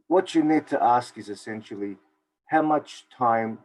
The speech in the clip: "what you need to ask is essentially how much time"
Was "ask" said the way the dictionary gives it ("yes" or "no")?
yes